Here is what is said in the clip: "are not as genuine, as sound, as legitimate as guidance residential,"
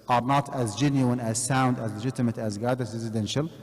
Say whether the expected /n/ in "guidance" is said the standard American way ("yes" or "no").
no